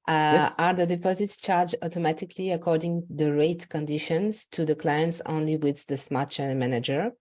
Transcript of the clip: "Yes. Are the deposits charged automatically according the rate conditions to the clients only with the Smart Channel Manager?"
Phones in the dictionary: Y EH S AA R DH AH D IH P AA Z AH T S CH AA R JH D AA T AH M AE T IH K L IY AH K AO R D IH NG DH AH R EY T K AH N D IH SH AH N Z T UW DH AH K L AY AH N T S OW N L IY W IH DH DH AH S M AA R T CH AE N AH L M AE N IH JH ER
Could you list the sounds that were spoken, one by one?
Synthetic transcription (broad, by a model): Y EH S AA R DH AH D IH P AA Z AH T S CH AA R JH AA T AH M AE T IH K L IY AH K AO R D IH NG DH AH R EY T K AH N D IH SH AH N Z T UW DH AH K L AY AH N T S OW N L IY W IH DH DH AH S M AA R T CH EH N M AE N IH JH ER